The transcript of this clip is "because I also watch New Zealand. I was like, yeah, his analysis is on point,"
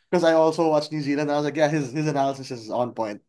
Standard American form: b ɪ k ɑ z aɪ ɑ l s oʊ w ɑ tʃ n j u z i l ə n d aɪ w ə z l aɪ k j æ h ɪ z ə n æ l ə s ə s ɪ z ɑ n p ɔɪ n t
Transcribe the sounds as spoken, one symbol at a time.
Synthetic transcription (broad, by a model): k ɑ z aɪ ɑ l s oʊ w ɑ tʃ n j u z i l ə n d aɪ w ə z l aɪ k j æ h ɪ z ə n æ l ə s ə s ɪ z ɑ n p ɔɪ n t